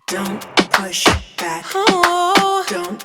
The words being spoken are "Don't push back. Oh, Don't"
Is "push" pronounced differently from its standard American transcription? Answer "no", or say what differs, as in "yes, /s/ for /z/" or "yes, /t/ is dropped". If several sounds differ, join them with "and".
no